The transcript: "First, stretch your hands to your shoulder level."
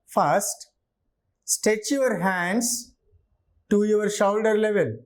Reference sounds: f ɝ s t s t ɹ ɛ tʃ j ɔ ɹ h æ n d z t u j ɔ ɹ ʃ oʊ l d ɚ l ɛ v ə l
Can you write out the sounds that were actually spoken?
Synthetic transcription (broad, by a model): f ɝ s t s t ɛ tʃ j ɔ ɹ h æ n d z t u j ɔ ɹ ʃ oʊ l d ɚ l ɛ v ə l